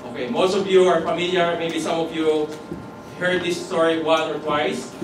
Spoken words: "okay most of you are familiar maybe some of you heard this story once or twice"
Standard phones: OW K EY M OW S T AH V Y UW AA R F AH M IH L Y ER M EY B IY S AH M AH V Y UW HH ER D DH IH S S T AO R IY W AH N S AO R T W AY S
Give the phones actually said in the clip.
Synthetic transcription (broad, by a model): OW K EY M OW S T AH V Y UW AA R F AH M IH L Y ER M EY B IY S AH M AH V Y UW HH ER D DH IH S S T AO R IY W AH N AO R T W AY S